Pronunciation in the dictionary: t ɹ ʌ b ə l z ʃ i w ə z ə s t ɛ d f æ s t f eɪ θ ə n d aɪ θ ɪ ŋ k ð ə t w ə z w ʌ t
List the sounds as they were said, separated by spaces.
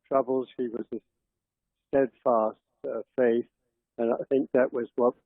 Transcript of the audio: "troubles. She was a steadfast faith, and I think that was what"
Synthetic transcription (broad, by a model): t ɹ ʌ b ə l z i w ə z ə s t ɛ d f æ s t f eɪ θ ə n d aɪ θ ɪ ŋ k ð ə t w ə z w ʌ t